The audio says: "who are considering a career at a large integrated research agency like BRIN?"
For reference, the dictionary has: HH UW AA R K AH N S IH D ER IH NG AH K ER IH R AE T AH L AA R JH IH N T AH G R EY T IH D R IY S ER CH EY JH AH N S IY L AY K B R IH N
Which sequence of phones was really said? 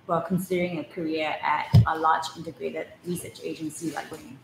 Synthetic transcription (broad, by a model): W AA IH L K AH N S IH D ER IH NG AH K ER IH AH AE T AH L AA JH IH N T AH G R EY T IH D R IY S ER CH EY JH AH N S IY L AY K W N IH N